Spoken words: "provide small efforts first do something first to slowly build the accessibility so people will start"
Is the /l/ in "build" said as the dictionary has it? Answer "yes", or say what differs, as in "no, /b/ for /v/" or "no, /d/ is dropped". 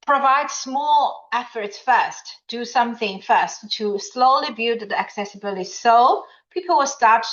no, /l/ is dropped